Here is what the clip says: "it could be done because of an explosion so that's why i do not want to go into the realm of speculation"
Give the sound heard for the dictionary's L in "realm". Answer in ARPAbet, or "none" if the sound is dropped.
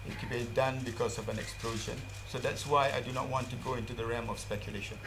none